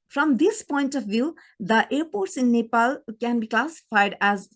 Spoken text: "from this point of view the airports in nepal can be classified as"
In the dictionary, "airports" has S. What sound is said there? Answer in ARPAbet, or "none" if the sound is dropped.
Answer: S